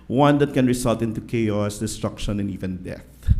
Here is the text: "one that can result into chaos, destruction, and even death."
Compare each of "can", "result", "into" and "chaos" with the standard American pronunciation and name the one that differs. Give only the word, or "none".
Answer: result